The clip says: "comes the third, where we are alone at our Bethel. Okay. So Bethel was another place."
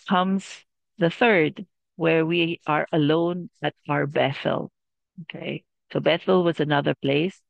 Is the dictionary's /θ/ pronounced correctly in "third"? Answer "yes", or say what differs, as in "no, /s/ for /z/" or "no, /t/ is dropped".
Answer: yes